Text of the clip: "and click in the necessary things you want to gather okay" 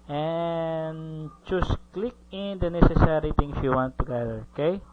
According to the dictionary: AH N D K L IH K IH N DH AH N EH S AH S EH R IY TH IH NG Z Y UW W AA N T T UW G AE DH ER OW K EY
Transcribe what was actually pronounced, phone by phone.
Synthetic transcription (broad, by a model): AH N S K L IH K IH N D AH N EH S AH S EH R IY T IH NG S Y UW W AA N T T UW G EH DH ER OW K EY